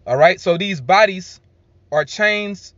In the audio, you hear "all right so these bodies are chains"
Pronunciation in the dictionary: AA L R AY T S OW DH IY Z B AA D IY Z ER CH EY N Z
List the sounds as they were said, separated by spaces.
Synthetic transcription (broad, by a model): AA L R AY T S OW DH IY Z B AA D IY Z ER CH EY N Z